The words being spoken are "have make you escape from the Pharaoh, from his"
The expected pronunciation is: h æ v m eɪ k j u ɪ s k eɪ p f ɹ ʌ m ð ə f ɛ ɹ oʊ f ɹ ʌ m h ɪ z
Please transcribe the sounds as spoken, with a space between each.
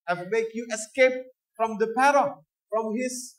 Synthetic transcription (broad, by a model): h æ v m eɪ k j u ɪ s k eɪ p f ɹ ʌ m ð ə p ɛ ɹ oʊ f ɹ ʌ m h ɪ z